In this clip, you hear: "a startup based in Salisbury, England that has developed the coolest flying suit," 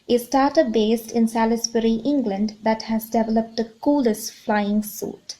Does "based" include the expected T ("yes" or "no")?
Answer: yes